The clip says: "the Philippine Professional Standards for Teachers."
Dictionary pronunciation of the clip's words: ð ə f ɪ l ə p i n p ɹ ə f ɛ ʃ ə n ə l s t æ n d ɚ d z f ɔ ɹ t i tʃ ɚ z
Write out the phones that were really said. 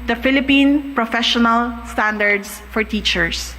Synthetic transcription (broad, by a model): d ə f ɪ l ə p i n p ɹ ə f ɛ ʃ ə n ə l s t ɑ n d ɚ d s f ɔ ɹ t i tʃ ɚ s